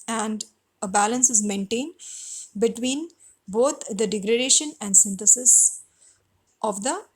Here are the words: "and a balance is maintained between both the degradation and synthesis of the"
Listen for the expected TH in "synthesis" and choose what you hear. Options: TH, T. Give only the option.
T